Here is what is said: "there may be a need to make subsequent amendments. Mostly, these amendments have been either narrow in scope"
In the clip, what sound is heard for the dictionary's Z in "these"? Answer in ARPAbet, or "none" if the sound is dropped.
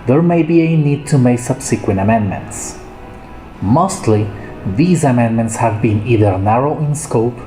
Z